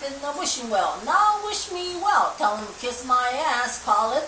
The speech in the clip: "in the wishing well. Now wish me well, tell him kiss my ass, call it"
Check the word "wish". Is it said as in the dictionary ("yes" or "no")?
yes